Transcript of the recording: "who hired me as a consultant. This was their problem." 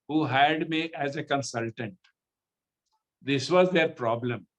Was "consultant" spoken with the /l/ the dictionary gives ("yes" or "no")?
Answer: yes